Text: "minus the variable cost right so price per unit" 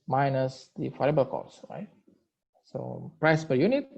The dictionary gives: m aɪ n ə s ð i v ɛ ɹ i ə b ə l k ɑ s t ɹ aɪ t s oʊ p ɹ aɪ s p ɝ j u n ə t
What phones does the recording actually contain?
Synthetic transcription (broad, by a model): m aɪ n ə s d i f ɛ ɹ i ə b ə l k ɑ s ɹ aɪ t s oʊ p ɹ aɪ s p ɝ j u n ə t